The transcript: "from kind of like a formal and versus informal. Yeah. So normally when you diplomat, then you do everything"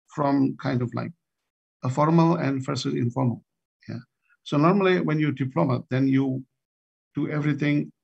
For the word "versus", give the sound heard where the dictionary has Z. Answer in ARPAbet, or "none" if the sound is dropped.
none